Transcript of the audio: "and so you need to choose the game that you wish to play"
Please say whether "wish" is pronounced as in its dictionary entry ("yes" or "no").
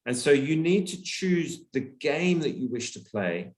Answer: yes